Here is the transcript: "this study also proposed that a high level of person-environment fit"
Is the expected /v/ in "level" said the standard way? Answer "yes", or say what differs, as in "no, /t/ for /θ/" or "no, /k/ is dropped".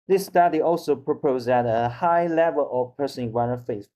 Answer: yes